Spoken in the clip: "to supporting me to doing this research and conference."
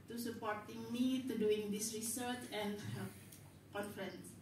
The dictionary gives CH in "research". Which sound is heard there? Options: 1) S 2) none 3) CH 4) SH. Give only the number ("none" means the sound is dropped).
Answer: 3